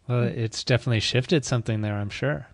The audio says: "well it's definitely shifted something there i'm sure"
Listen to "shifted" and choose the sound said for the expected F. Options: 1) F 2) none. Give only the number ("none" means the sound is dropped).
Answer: 1